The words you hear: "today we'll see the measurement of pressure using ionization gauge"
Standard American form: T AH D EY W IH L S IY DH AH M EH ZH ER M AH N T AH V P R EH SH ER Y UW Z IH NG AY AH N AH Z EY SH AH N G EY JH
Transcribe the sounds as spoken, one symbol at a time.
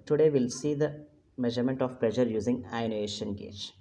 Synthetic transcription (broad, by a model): T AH D EY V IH L S IY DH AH M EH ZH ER M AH N T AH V P L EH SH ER Y UW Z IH NG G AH AH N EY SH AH N G EY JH